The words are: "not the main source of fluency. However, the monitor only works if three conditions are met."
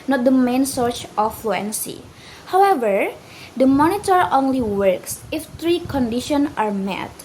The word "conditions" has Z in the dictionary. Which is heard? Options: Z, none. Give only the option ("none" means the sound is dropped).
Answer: none